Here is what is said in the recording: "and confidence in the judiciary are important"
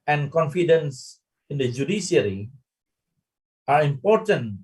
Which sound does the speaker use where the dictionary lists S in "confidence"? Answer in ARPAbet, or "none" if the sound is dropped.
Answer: S